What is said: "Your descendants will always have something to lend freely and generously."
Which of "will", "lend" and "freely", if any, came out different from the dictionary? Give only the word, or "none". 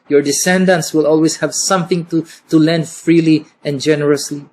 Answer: none